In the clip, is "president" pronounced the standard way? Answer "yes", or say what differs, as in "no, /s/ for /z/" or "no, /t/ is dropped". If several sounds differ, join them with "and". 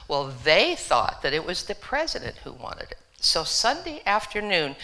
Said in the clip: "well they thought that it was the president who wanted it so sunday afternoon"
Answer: yes